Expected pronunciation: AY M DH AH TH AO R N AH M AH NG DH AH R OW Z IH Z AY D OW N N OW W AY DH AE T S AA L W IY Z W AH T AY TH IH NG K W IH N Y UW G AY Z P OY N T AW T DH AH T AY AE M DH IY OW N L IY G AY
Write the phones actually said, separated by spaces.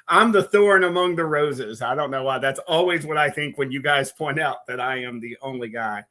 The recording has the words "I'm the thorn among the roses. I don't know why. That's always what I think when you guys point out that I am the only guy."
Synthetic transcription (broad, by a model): AY M DH AH TH AO R N AH M AH NG DH AH R OW Z IH Z AY D OW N N OW W AY DH AE T S AA L W IY Z W AH T AY TH IH NG K W IH N Y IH G AY Z P OY N T AW T DH AH T AY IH M DH IY OW N L IY G AY